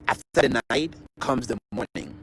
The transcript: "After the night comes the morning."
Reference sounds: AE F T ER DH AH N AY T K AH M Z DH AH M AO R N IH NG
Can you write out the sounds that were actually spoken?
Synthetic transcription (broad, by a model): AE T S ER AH N AY T K AH M Z DH AH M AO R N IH NG